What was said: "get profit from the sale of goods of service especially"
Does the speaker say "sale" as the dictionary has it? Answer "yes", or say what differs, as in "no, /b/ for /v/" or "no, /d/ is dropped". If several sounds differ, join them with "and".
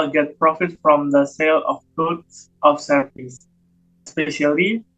yes